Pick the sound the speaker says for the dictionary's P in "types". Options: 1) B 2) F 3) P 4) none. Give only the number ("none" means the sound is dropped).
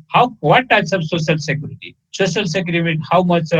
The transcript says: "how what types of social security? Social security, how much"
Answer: 4